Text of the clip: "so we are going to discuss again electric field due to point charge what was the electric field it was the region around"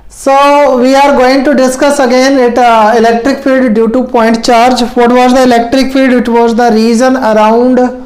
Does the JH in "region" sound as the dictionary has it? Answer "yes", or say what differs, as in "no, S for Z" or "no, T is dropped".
no, Z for JH